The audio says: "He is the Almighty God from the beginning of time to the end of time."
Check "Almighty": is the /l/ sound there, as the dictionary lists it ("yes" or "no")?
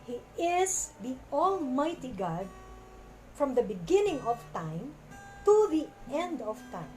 yes